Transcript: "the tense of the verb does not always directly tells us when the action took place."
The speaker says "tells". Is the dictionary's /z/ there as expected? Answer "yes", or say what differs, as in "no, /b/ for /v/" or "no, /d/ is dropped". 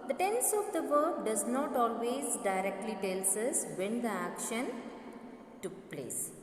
no, /s/ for /z/